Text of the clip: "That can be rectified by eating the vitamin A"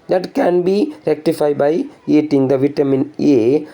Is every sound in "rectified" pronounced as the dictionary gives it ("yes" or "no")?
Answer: yes